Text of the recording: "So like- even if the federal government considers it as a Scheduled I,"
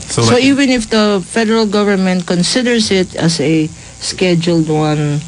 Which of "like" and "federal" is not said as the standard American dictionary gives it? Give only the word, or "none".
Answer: like